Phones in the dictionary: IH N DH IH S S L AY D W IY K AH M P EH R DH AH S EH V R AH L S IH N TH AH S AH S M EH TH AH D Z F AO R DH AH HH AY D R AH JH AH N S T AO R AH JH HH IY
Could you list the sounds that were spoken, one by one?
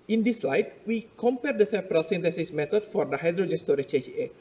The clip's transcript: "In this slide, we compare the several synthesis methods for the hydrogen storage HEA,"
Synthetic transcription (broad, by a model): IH N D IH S S L AY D W IY K AH M P EH R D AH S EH P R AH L S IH N T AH S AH S M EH T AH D F AO R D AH HH AY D R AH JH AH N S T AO R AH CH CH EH